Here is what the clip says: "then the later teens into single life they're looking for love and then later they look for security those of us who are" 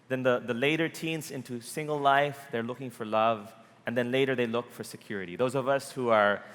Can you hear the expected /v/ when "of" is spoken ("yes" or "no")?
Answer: yes